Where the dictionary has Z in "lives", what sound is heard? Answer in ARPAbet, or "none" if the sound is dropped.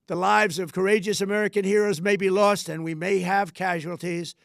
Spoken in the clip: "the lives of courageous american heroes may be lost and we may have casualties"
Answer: Z